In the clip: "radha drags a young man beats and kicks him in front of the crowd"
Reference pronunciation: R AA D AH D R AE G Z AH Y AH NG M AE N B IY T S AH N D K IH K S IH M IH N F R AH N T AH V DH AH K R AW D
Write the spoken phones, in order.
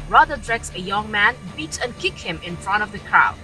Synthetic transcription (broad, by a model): R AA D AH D R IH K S AH Y AH NG M AE N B IY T AH N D K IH K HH IH M IH N F R AH N T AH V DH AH K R AW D